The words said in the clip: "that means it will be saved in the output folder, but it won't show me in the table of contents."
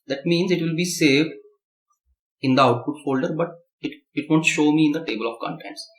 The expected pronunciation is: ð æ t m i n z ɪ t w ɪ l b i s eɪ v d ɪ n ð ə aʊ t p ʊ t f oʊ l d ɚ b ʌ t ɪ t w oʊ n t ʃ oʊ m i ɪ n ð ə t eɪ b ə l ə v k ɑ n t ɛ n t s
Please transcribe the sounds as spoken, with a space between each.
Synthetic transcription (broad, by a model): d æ t m i n z ɪ t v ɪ l b i s eɪ v d ɪ n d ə aʊ t p ʊ t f oʊ l d ɚ b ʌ t ɪ t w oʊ n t ʃ oʊ m i ɪ n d ə t eɪ b ə l ə v k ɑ n t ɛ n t s